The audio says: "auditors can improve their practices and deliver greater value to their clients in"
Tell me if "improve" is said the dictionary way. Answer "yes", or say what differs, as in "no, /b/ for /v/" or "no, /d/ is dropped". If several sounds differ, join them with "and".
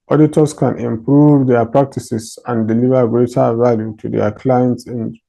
yes